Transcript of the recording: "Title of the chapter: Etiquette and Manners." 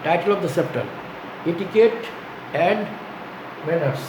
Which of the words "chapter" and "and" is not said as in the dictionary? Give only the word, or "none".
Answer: chapter